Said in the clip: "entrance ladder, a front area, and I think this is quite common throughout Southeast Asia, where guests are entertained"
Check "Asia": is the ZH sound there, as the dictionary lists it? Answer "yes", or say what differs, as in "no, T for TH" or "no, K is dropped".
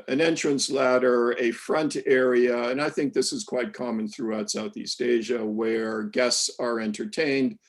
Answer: yes